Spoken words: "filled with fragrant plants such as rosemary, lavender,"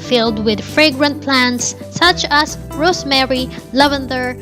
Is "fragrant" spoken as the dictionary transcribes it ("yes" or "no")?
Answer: yes